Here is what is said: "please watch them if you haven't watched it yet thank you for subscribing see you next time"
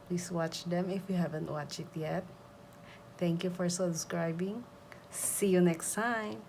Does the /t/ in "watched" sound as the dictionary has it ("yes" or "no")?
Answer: no